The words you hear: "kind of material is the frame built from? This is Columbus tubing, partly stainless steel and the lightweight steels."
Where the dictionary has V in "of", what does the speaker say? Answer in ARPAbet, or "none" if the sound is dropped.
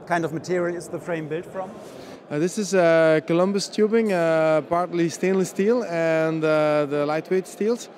V